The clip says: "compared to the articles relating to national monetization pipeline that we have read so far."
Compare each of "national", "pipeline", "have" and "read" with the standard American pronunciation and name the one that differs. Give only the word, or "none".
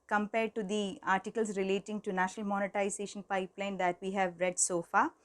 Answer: none